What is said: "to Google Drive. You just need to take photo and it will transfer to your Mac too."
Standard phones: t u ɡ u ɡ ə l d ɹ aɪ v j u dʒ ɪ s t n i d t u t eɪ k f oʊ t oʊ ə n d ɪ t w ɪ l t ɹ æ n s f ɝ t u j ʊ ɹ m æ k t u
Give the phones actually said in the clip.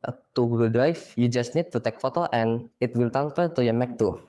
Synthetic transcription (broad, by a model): t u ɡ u d ɹ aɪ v j u dʒ ɪ s t n i d t u t eɪ k f oʊ t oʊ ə n ɪ t w ɪ l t æ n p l t u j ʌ m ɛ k t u